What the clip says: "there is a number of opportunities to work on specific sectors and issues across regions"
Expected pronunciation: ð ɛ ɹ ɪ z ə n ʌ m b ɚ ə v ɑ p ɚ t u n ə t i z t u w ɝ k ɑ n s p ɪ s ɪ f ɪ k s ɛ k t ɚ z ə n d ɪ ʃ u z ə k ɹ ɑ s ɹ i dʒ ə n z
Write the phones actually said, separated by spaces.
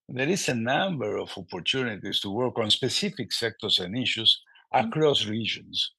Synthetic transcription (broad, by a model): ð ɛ ɹ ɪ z ə n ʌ m b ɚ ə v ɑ p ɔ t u n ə t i s t u w ɝ k ɑ n s p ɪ s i f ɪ k s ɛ k t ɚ s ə n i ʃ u s ə k ɹ ɑ s ɹ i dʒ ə n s